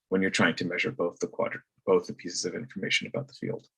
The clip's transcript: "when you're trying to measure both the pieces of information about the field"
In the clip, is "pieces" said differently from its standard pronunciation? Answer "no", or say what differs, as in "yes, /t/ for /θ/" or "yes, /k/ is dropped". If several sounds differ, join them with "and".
no